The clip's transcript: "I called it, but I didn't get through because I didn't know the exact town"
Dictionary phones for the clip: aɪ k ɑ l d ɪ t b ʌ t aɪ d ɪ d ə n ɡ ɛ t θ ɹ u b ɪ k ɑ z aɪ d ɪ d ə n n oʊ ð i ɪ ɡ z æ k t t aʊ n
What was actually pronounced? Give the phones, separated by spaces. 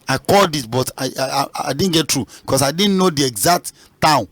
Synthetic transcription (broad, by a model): aɪ k ɑ l d ɪ t b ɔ t aɪ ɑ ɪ d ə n ɡ ɛ t ɹ u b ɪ k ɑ s aɪ d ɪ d n n oʊ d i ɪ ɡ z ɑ k t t aʊ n